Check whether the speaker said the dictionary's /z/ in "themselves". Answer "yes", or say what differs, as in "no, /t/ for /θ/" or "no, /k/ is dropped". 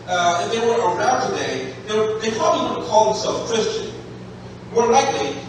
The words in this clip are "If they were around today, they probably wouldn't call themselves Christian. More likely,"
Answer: no, /z/ is dropped